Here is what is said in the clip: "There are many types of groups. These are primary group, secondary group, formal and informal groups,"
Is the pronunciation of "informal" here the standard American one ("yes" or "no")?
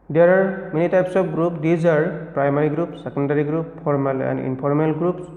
no